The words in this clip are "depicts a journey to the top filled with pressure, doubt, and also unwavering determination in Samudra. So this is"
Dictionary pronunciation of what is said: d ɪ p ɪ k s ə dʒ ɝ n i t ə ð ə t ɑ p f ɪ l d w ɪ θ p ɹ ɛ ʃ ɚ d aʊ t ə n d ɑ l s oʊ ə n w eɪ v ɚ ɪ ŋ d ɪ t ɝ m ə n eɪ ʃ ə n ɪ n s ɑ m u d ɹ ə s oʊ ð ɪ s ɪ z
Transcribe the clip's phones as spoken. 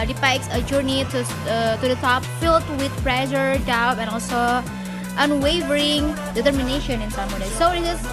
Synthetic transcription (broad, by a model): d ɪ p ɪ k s ə dʒ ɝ n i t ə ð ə t ɑ p f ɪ l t w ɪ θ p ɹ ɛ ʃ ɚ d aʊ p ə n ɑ l s oʊ ə n w eɪ v ɚ ɪ ŋ d ɪ t ɝ m ə n eɪ ʃ ə n ɪ n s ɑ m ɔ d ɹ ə s oʊ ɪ ɪ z